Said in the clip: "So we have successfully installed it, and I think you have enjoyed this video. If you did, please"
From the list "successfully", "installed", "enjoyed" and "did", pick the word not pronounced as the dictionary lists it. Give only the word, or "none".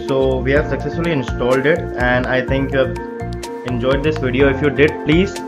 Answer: none